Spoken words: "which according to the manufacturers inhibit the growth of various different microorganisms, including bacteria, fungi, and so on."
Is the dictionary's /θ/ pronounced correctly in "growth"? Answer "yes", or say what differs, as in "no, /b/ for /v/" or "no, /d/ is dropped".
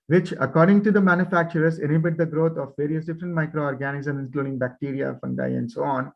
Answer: no, /t/ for /θ/